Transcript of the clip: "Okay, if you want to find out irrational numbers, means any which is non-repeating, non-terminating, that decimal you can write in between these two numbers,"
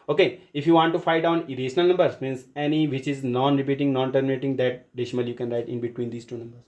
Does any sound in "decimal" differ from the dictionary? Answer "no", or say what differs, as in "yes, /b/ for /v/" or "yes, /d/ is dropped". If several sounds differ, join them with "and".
yes, /ʃ/ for /s/